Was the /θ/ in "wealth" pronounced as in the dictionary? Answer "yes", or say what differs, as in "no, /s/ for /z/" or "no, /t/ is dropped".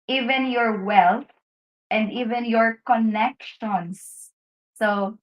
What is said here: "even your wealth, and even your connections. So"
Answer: no, /t/ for /θ/